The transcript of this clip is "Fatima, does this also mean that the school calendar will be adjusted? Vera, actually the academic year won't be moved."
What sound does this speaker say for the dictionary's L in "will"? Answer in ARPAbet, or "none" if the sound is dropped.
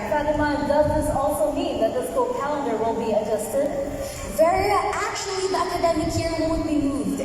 N